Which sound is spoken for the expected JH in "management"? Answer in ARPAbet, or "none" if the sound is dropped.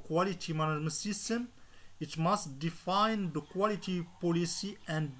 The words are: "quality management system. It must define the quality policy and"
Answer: none